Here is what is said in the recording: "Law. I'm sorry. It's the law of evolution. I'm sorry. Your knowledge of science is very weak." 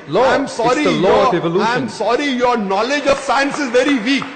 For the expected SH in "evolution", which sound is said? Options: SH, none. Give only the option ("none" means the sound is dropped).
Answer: none